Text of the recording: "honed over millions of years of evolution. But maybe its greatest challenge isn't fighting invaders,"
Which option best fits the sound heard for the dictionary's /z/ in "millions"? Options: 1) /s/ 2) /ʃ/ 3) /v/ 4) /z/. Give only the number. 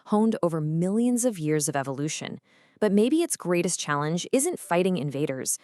4